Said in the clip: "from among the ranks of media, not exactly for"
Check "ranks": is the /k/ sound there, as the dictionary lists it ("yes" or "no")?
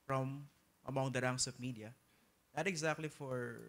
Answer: no